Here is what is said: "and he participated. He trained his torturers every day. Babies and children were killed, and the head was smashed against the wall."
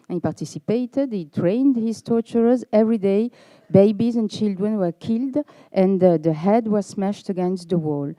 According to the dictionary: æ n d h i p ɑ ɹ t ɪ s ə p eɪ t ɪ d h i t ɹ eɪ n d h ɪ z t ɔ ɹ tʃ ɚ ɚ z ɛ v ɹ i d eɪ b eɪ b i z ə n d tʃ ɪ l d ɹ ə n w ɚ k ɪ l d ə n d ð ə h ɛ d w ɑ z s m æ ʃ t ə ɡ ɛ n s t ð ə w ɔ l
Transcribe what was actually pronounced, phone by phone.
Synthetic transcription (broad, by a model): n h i p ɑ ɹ t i s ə p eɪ t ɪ d h i t ɹ eɪ n d h ɪ z t ɔ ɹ tʃ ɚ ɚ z ɛ v ɹ i d eɪ b eɪ b i z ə n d tʃ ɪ l d ɹ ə n w ɚ k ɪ l d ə n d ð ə h ɛ d w ɑ z s m æ ʃ t ə ɡ ɛ n s t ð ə w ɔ l